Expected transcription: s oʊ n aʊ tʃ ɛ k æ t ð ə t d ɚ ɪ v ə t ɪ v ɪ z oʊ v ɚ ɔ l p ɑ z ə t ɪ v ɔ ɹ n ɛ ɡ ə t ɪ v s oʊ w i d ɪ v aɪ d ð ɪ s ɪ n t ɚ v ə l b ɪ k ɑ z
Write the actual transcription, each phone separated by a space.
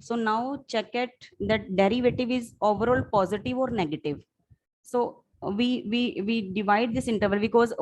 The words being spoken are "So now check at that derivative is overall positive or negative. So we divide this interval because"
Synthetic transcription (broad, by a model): s oʊ n aʊ tʃ ɛ k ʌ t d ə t d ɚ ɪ v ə t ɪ v ɪ z oʊ v ɚ ɔ l p ɑ z ə t ɪ v ɔ ɹ n ɛ ɡ ə t ɪ v s oʊ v i d ɪ v aɪ d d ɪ s ɪ n t ɚ v ə l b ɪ k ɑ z